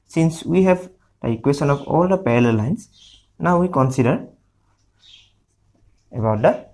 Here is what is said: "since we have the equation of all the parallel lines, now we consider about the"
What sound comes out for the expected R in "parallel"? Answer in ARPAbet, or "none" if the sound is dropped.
L